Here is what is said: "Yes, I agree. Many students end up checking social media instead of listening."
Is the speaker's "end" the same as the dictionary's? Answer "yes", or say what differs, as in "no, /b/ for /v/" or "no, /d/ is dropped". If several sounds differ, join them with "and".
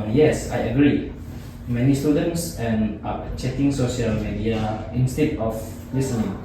no, /d/ is dropped